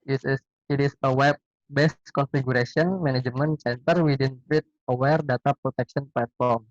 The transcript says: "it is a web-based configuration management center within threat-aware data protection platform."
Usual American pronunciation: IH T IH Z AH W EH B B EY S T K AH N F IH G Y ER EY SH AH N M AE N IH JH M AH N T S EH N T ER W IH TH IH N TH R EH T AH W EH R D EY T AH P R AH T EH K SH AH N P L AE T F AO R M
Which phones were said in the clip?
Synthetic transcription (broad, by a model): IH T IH S AH W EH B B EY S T K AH N F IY G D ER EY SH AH N M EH N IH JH M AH N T S EH N T ER W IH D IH N F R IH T AH W EH R D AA T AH P R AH T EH K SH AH N P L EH T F AO R M